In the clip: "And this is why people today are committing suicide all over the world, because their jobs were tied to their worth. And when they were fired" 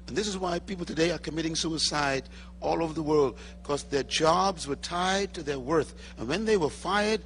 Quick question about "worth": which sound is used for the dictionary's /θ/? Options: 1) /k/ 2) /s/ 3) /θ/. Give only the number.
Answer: 3